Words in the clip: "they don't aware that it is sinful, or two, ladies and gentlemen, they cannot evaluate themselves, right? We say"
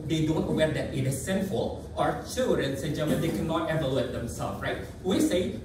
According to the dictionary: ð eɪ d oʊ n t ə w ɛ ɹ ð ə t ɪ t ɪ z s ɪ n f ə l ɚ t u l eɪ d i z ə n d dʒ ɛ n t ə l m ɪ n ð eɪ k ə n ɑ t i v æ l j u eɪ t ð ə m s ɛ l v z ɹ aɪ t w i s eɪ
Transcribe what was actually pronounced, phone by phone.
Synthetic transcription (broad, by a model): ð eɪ d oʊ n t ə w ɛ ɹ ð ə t ɪ t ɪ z s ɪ n f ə l ɚ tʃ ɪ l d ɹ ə n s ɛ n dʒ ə m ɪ n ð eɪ k ə n ɑ t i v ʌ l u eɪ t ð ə m s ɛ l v ɹ aɪ t w i s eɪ